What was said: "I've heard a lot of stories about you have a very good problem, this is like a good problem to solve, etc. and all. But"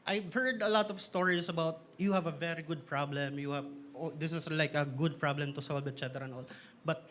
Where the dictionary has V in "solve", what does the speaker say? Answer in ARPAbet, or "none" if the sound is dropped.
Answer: B